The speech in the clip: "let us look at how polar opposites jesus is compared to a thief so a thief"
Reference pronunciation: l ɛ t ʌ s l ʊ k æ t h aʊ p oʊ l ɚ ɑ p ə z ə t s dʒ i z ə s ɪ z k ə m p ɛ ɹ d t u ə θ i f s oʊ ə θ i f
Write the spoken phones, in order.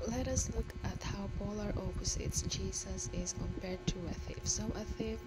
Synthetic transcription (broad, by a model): l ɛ t ʌ s l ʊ k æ t h aʊ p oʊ l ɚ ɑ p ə s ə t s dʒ i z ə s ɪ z k ə m p ɛ ɹ d t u ə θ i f s oʊ ə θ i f